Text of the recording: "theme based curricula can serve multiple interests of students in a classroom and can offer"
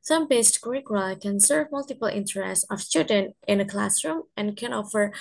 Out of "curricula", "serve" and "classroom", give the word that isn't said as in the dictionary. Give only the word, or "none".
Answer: curricula